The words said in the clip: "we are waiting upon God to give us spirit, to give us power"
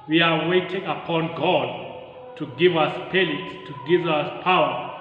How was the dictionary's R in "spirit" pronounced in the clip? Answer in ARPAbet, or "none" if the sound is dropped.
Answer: L